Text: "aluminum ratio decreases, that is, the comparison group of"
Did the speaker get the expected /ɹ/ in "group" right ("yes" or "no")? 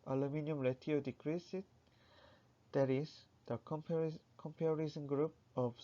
yes